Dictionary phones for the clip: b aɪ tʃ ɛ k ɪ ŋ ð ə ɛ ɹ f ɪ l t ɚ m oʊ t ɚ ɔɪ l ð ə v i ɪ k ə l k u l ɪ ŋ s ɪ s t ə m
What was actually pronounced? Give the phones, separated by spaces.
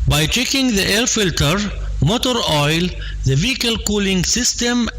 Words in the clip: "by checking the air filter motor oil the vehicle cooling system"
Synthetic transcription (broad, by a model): b aɪ tʃ ɛ k ɪ ŋ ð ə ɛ l f ɪ l t ɚ m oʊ t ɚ ɔɪ l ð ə v i ɪ k ə l k u l ɪ ŋ s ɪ s t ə m